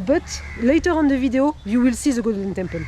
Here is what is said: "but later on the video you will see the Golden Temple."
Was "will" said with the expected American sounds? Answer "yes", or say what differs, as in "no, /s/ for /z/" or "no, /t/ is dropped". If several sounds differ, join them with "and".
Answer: yes